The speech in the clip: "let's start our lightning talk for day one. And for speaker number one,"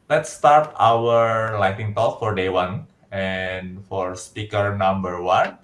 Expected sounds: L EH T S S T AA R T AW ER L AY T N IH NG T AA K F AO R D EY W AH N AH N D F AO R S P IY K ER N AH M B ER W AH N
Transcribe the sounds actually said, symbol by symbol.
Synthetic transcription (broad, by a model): L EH T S S T AA R T AW ER L AY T IH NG T AA K F AO R D EY W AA N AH N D F AO R S P IY K ER N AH M B ER W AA N